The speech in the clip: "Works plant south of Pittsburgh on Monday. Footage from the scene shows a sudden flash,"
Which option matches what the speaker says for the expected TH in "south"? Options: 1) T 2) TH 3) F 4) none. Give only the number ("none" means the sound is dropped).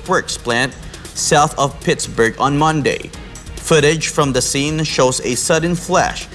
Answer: 2